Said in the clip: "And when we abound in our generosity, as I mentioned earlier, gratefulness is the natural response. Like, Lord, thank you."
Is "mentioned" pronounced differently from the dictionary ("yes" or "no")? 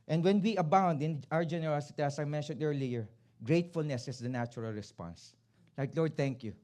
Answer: no